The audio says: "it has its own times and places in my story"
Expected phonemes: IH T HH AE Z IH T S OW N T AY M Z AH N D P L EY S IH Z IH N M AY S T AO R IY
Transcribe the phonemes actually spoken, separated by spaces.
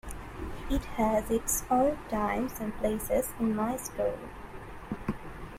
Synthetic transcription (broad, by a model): IH T HH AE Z IH T S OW L T AY M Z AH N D P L EY S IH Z IH N M AY S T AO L